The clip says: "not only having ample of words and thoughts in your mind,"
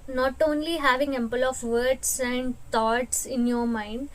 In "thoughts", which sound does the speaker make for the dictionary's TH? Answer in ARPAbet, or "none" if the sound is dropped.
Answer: T